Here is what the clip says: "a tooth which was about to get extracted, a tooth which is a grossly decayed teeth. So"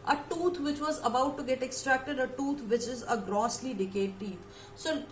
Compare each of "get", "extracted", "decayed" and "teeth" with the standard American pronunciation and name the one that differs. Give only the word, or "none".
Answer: teeth